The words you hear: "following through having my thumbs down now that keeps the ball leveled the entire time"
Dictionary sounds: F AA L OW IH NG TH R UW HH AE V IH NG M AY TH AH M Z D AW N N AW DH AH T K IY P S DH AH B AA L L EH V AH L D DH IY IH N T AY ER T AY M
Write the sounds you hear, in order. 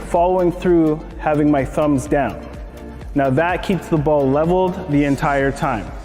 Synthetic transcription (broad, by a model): F AA L OW IH NG TH R UW HH AE V IH NG M AY TH AH M Z D AW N N AW DH AH T K IY P S DH AH B AA L L EH V L D DH IY IH N T AY ER T AY M